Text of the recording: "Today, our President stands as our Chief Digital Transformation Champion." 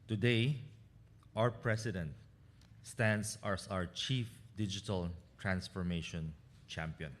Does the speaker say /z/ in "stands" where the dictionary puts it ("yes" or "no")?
no